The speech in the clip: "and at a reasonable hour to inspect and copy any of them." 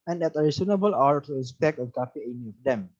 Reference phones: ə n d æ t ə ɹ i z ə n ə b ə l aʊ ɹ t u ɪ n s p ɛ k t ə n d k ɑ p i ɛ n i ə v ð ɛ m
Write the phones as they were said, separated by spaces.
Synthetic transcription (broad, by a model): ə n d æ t ə ɹ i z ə n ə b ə l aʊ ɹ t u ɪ s p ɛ k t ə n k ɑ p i ɛ n i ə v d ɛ m